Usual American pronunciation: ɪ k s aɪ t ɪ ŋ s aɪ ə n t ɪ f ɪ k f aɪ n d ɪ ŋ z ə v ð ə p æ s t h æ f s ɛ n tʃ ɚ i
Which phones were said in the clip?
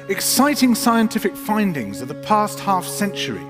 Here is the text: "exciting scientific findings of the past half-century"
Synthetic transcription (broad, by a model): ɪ k s aɪ t ɪ ŋ s aɪ ə n t ɪ f ɪ k f aɪ n d ɪ ŋ z ə v ð ə p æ s t h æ f s ɛ n tʃ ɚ i